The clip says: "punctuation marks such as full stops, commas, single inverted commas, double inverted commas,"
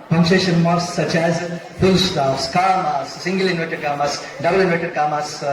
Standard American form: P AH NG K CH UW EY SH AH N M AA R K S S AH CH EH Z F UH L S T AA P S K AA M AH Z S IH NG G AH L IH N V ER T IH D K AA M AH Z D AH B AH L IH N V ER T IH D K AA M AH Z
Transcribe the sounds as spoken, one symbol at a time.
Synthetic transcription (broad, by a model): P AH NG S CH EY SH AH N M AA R S S AH CH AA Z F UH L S T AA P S K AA M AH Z S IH NG G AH L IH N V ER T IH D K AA M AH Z D AH B AH L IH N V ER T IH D K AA M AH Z